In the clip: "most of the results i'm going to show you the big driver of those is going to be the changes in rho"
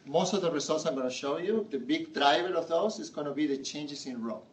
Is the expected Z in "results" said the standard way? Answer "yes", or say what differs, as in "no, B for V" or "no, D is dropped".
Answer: no, S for Z